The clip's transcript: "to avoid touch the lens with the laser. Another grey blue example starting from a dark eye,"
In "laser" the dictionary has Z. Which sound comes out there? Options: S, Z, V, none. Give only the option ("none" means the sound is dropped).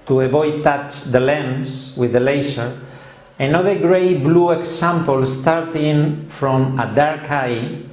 S